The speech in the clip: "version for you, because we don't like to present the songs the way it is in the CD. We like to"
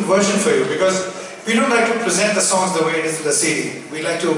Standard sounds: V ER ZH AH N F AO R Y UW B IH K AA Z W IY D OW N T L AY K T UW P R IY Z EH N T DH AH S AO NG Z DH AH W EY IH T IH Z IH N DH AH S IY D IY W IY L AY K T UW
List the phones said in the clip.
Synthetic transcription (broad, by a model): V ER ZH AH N F AO R Y UW B IH K AA Z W IY D OW N T L AY K T UW P R IY Z EH N T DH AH S AO NG Z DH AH W EY IH T IH Z IH N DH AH S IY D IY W IY L AY K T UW